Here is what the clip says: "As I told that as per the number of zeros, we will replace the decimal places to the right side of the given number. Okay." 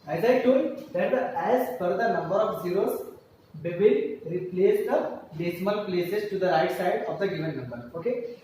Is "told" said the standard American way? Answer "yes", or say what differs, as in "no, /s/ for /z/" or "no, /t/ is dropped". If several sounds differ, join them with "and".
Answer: no, /l/ is dropped